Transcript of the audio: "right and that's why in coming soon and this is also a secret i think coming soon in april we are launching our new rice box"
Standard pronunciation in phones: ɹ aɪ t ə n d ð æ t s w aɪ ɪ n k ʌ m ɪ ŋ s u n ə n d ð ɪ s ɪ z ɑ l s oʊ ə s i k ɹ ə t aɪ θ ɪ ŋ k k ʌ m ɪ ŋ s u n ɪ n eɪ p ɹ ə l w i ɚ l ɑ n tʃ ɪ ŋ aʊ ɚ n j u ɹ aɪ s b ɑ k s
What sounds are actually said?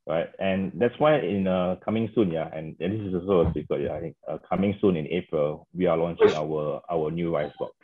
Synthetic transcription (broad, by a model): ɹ aɪ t ə n d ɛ t s w aɪ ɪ n k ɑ m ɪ ŋ s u n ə n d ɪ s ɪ s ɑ s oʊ ə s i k ə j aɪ t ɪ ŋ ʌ k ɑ m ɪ ŋ s u n ɪ n eɪ p ɹ ə l w i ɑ l ɑ n tʃ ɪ ŋ aʊ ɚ n j u ɹ aɪ s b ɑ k